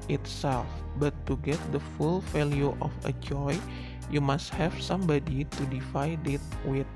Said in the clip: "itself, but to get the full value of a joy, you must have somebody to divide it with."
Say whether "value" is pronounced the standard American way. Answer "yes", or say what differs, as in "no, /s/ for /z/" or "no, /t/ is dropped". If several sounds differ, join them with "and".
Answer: no, /f/ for /v/